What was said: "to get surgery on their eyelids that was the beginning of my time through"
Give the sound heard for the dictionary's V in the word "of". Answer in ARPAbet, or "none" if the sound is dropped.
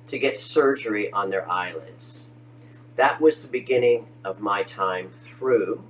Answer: V